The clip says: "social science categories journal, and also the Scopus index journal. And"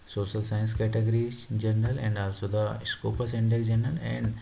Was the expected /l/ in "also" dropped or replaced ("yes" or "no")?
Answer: no